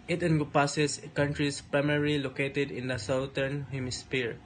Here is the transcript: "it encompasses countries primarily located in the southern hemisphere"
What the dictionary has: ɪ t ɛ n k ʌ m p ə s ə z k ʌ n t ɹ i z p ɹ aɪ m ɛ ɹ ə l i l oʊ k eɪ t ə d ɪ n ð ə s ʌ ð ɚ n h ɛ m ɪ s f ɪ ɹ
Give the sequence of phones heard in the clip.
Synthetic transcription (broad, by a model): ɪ t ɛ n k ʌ p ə s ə s k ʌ n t ɹ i s p ɹ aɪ m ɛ ɹ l i l oʊ k eɪ t ə d ɪ n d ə s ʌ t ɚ n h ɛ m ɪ s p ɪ ɹ